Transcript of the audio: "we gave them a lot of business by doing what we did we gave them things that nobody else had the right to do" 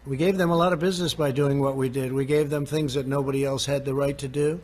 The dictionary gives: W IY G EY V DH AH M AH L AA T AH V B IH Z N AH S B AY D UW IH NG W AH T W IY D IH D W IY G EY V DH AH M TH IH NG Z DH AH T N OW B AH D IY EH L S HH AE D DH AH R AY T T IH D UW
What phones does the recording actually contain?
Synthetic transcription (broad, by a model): W IY G EY V DH AH M AH L AA T AH V B IH Z N AH S B AY D UW IH NG W AH T W IY D IH D W IY G EY V DH AH M TH IH NG Z DH AH T N OW B AH D IY EH L S HH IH D DH AH R AY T T IH D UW